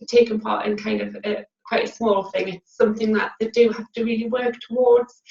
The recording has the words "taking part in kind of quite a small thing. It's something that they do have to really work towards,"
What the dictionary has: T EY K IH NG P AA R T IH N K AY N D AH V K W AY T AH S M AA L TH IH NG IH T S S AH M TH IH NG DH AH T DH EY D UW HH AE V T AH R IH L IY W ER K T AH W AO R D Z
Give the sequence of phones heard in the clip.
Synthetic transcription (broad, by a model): T EY K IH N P AA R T IH N K AY N D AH V K W AY T AH S M AA L TH IH NG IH T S S AH M TH IH NG DH AH T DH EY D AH HH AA F T AH R IH L IY W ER K T AH W AO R D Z